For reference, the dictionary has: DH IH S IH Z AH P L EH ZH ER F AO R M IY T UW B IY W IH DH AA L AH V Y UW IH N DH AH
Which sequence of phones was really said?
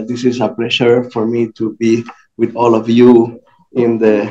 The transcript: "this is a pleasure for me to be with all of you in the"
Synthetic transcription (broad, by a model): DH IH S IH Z AH P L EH SH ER F AO R M IY T UW B IY W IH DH AA L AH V Y UW IH N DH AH